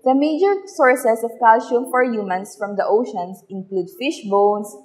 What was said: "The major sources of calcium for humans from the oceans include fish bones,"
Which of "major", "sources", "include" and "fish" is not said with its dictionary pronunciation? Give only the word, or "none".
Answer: sources